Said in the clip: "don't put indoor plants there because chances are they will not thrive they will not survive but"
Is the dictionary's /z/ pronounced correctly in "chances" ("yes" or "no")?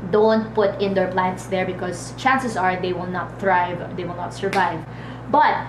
no